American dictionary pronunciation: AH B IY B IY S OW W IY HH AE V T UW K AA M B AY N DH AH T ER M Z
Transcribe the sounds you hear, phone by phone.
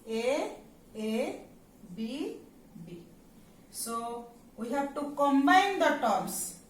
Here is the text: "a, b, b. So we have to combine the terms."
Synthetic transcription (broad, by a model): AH B IY B IY S OW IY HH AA B T UW K AA M B AY N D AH T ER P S